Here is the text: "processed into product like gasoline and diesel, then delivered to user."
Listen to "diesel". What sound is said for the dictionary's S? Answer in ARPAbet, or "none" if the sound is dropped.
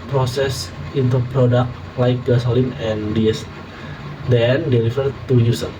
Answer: none